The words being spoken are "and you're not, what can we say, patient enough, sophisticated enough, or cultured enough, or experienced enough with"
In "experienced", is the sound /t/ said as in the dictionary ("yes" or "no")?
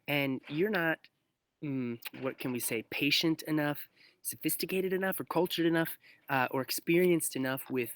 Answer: yes